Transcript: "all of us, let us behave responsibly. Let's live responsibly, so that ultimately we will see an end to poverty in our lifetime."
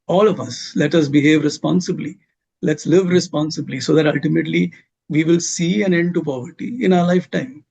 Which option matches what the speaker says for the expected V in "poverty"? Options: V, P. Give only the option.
V